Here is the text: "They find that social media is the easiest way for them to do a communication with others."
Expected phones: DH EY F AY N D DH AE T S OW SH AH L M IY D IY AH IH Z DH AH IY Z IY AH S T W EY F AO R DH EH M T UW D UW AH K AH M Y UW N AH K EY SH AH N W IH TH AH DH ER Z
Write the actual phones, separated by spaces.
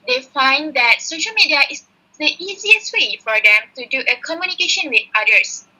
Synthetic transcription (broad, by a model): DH EY F AY N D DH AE T S OW SH AH L M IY D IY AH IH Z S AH IY Z IY AH S T W EY F AO R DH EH M T UW D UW AH K AH M Y UW N AH K EY SH AH N W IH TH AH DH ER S